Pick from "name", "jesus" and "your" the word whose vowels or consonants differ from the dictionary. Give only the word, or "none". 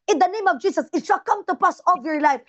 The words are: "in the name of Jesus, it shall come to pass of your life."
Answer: jesus